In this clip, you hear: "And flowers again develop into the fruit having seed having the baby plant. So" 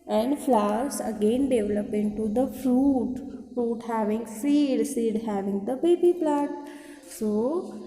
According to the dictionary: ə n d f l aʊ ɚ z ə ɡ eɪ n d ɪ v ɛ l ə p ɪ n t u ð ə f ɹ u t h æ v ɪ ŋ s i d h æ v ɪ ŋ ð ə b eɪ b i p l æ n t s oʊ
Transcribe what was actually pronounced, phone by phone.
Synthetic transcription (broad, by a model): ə n d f l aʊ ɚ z ə ɡ eɪ n d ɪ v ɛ l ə p ɪ n t u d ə f ɹ u t h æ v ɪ ŋ s i d h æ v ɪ ŋ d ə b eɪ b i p l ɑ t s oʊ